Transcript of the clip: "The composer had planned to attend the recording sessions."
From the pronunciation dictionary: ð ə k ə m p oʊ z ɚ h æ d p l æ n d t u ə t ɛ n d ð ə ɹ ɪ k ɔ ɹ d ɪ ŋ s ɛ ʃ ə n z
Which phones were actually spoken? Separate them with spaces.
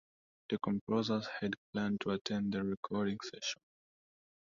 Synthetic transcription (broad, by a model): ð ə k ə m p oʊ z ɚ h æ d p l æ n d t u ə t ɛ n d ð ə ɹ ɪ k ɔ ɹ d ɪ ŋ s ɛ ʃ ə n